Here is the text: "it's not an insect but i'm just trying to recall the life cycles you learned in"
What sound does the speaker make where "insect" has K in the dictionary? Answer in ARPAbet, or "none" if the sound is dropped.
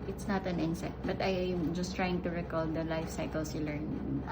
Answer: none